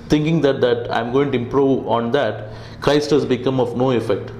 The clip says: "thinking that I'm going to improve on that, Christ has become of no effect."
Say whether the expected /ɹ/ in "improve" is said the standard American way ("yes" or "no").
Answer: yes